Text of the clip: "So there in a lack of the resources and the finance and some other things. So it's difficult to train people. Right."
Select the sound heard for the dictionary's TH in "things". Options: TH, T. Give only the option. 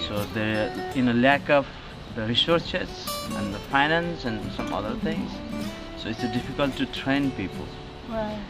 T